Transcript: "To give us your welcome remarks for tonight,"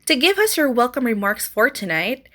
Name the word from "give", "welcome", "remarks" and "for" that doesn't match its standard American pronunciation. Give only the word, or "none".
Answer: none